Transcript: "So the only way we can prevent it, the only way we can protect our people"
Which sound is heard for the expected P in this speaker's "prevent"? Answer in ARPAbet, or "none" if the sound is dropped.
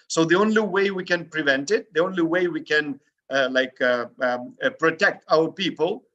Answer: P